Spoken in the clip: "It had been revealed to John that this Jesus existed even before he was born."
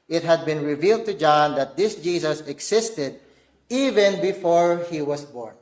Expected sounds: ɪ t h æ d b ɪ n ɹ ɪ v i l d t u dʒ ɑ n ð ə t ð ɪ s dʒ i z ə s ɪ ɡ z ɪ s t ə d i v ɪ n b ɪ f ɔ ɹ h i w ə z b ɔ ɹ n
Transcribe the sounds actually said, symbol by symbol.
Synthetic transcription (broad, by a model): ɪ t h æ d b ɪ n ɹ ɪ v i l d t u dʒ ɑ n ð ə t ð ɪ s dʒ i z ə s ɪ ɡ s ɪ s t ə d i v ɪ n b ɪ f ɔ ɹ h i w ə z b ɔ ɹ n